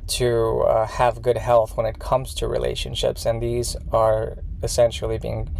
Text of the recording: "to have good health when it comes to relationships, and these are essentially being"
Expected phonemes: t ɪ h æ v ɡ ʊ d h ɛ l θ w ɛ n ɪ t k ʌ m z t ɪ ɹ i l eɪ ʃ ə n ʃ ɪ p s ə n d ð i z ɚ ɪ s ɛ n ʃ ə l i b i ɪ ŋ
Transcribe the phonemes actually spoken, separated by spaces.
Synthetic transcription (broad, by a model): t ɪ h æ v ɡ ʊ d h ɛ l θ w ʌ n ɪ t k ʌ m z t ɪ ɹ i l eɪ ʃ ə n ʃ ɪ p s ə n ð i z ɚ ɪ s ɛ n ʃ l i b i ɪ ŋ